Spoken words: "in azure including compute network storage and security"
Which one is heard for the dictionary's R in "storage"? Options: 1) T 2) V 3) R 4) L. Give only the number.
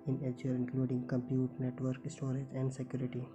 3